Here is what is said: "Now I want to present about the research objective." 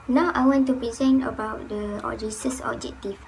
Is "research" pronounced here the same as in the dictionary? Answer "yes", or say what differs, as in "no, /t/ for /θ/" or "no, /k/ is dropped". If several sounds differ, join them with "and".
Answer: no, /s/ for /tʃ/